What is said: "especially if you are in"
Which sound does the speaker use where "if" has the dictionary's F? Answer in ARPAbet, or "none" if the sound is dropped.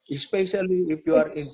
P